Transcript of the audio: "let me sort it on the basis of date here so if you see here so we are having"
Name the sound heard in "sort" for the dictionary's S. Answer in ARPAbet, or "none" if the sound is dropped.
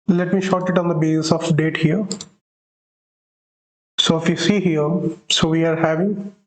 SH